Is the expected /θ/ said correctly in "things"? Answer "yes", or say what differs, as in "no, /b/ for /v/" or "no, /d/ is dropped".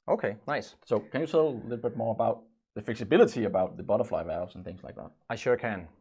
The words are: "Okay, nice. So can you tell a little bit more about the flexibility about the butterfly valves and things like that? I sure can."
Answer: yes